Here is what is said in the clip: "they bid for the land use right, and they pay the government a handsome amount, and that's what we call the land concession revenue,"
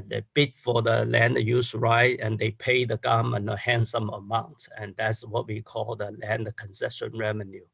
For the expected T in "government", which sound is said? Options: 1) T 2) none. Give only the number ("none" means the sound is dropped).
2